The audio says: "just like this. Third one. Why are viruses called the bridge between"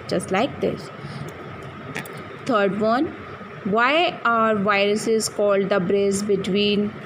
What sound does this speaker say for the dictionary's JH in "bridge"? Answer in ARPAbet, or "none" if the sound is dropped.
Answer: Z